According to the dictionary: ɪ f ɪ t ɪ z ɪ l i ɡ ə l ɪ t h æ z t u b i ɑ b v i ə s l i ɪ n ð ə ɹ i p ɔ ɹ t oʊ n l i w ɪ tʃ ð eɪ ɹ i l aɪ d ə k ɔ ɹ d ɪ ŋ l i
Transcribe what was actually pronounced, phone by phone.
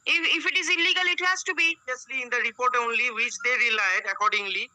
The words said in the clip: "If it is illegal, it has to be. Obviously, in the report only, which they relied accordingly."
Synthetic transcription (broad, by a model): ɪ f ɪ t ɪ z ɪ l i ɡ ə l ɪ t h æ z t u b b i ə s l i ɪ n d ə ɹ i p ɔ ɹ t oʊ n l i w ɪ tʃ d eɪ ɹ i l aɪ d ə k ɔ ɹ d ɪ ŋ l i